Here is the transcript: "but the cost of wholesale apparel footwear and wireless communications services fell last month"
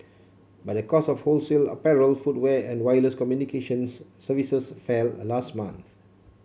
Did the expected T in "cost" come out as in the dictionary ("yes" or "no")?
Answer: no